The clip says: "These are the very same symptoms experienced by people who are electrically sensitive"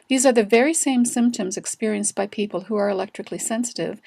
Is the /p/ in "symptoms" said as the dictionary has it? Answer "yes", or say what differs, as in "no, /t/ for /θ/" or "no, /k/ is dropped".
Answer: yes